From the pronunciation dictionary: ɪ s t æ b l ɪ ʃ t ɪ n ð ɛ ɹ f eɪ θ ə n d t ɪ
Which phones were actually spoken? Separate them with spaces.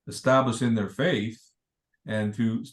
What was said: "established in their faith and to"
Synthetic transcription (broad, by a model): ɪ s t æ b l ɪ ʃ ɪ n ð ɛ ɹ f eɪ θ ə n t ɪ